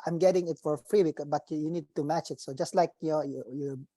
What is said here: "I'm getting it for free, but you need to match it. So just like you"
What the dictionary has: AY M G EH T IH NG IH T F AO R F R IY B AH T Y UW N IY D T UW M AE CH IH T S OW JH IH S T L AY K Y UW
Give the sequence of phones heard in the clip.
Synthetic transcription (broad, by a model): AY M G EH T IH NG IH T F AO R F R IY B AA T Y UW N IY D T UW M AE CH IH T S OW JH IH S T L AY K Y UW